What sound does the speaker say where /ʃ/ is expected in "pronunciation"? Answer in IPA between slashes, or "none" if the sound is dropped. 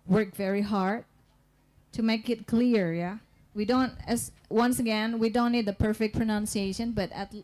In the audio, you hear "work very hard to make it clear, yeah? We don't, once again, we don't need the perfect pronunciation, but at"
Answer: /ʃ/